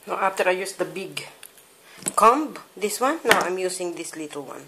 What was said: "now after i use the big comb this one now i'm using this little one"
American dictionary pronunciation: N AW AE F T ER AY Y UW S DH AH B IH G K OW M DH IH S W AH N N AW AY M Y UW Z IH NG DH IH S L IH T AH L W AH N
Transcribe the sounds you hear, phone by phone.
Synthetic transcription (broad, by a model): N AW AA F T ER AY Y UW S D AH B IH G K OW M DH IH S W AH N N AW AY M Y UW S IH NG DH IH S L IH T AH L W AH N